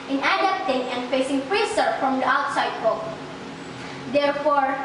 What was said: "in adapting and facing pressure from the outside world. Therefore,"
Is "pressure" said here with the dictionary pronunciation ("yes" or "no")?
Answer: no